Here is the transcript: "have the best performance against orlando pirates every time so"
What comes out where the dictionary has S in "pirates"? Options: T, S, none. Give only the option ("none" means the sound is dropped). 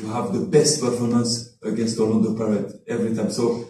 none